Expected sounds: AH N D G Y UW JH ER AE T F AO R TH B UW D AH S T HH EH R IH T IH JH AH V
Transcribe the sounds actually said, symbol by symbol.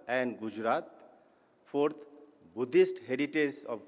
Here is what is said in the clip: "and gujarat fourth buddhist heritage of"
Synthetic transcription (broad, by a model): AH N D G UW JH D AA T P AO R T B UW D AH S T HH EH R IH T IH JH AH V